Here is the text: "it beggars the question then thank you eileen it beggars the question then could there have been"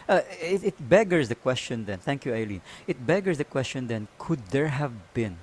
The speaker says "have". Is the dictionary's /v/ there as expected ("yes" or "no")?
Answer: yes